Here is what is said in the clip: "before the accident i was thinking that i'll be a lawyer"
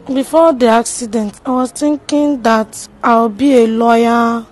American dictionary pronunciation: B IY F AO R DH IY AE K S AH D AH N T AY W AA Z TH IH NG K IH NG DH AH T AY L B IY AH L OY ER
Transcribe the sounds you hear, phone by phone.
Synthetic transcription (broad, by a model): B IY F AO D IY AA K S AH D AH N T AY W AA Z T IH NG K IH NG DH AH T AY W B IY AH L OY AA